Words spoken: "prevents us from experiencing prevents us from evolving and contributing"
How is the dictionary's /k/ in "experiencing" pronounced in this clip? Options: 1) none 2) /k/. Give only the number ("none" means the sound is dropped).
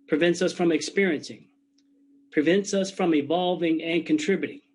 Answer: 2